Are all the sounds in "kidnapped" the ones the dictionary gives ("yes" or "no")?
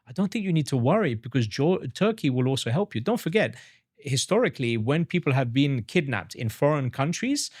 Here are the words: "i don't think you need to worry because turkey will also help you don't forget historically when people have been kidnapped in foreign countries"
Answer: yes